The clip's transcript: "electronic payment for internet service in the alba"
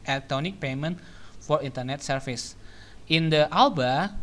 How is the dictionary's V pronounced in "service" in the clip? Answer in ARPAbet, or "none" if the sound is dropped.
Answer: F